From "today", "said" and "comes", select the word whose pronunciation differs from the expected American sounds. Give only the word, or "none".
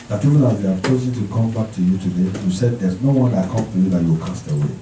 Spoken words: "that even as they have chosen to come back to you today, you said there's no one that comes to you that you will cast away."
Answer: comes